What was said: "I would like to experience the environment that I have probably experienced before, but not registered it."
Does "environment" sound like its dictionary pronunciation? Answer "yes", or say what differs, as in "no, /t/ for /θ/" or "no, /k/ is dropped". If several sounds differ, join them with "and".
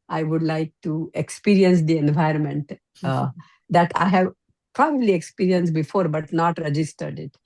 yes